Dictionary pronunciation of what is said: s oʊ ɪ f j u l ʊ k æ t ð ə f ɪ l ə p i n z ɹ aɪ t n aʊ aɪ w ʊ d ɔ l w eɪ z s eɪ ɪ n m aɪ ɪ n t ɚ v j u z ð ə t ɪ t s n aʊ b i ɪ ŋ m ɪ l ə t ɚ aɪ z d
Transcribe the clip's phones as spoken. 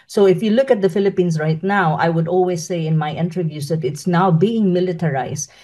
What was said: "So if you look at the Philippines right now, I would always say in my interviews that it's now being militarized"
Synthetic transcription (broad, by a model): s oʊ ɪ f j u l ʊ k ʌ t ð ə f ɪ l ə p i n s ɹ aɪ t n aʊ aɪ w ʊ d ɔ l w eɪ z s eɪ ɪ n m aɪ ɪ n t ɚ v j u s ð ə t ɪ t s n aʊ b i ɪ ŋ m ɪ l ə t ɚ aɪ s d